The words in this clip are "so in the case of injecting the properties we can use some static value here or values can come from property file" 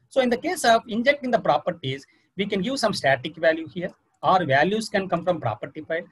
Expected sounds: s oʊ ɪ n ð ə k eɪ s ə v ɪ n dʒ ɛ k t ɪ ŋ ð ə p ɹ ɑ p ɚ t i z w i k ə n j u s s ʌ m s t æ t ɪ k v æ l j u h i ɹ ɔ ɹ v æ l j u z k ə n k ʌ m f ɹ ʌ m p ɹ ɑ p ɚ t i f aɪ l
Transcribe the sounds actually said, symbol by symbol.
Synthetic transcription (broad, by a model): s oʊ ɪ n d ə k eɪ s ə v ɪ n dʒ ɛ k t ɪ ŋ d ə p ɹ ɑ p ɚ t i z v i k ə n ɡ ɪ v s ʌ m s t æ t ɪ k v æ l j u h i ɹ ɔ ɹ v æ l j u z k ə n k ʌ m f ɹ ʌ m p ɹ ɑ p ɚ t i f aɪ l